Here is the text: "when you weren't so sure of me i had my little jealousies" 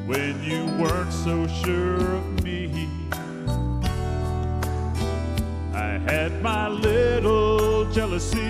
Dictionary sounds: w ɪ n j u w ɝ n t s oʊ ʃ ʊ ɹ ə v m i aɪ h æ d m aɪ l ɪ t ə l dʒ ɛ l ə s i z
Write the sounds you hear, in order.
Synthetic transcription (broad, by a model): w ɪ n j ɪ w ɝ n t s oʊ ʃ ʊ ɹ ə v m i aɪ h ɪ d m aɪ l ɪ t l dʒ ɛ l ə s i